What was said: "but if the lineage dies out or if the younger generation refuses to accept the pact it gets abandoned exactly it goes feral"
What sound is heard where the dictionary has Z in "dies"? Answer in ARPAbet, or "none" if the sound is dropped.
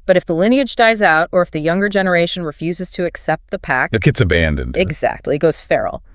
Z